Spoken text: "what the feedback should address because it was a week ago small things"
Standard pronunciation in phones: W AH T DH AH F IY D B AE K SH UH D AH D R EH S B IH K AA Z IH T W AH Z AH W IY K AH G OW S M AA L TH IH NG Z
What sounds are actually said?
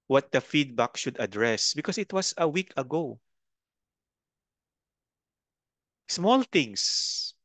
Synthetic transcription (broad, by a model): W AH T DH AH F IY D B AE K SH UH D AH D R EH S B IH K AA S IH T W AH S AH W IY K AH G OW S M AA L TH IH NG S